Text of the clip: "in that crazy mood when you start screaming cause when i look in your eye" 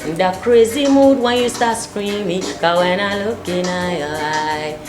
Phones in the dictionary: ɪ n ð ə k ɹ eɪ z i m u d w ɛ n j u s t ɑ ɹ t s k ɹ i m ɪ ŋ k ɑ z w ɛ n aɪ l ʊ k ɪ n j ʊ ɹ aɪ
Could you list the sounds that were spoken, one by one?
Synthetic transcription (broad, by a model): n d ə k ɹ eɪ z i m u d w ɛ n j u s t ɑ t s k ɹ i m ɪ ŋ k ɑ w ɛ n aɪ l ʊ k ɪ n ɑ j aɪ